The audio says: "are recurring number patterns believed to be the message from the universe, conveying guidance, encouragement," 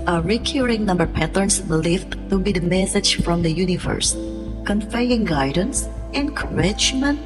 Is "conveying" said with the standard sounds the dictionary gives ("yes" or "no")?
no